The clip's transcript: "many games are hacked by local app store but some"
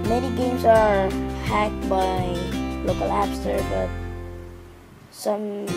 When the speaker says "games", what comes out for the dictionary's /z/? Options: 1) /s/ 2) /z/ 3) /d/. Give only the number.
1